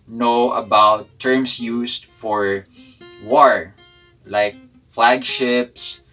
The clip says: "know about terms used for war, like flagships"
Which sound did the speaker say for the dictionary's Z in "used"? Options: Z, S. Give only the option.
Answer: S